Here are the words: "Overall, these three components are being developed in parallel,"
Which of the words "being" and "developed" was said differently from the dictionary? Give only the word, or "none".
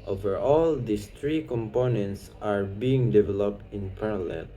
none